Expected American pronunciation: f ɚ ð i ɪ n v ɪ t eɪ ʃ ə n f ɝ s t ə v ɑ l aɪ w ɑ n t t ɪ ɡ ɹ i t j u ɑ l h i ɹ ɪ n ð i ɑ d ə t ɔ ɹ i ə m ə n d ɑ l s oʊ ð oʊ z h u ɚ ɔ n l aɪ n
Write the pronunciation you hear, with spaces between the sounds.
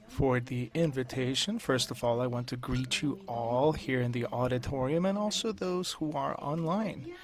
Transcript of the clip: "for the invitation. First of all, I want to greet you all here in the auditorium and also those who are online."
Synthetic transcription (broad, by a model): f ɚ ð i ɪ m v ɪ t eɪ ʃ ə n f ɝ s t ə v ɑ l aɪ w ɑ n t t ɪ ɡ ɹ i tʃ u ɑ l h i ɹ ɪ n ð i ɑ d ə t ɔ ɹ i ə m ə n ɑ l s oʊ ð oʊ z h u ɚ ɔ n l aɪ n